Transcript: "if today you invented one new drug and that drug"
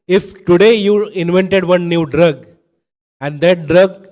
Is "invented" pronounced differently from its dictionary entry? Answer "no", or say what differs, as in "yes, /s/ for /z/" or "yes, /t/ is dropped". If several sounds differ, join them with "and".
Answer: no